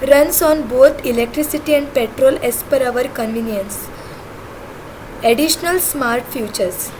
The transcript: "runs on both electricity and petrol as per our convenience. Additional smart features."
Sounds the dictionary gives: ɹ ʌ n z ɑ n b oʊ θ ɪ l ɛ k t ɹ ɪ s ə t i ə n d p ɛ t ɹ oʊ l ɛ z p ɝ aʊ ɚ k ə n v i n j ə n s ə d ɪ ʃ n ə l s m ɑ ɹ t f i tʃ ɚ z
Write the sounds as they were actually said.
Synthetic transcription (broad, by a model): ɹ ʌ n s ɑ n b oʊ t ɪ l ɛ k t ɹ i s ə t i ə n d p ɛ t ɹ oʊ l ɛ s p ɝ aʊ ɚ k ə n v i n j ə n s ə d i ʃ n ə l s m ɑ ɹ t f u tʃ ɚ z